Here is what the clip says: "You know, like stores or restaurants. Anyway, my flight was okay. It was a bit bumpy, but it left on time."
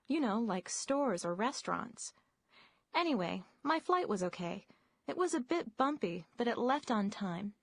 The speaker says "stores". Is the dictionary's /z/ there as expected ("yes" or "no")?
yes